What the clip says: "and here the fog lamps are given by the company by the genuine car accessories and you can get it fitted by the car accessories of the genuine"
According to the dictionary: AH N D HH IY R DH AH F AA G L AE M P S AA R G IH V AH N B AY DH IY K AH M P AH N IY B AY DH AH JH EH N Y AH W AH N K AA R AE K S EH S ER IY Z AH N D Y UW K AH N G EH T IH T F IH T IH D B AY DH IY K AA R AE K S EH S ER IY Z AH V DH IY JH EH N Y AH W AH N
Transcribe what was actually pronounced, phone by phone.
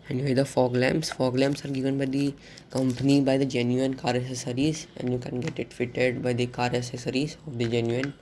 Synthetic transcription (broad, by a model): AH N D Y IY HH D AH F AA G L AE M F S AA R G IH V AH N B AY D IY K AH M P AH N IY B AY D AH JH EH N Y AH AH N K AA R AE S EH S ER IY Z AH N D Y UW K AH N G EH T IH T F IH T IH D B AY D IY K AA R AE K S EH S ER IY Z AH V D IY JH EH N Y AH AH N